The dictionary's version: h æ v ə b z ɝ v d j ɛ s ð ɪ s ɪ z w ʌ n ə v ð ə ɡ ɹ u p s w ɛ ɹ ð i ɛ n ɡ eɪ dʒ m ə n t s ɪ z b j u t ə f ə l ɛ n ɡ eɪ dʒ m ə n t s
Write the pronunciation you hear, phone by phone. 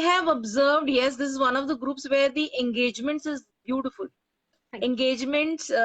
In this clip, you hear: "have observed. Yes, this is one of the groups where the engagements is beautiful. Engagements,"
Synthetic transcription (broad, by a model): h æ v ə b z ɝ v d j ɛ s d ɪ s ɪ z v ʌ n ə v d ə ɡ ɹ u p s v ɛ ɹ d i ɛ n ɡ eɪ dʒ m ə n t s ɪ z b j u t ə f ə l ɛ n ɡ eɪ dʒ m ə n t s